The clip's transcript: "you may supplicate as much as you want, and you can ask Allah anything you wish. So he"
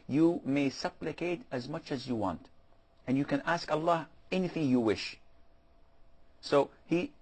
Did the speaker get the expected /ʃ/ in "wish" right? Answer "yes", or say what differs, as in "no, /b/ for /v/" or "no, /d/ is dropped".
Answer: yes